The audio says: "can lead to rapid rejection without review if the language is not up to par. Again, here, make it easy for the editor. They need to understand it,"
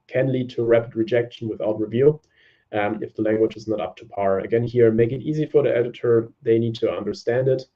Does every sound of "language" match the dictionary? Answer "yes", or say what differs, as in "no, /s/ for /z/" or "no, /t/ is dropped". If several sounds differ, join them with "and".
yes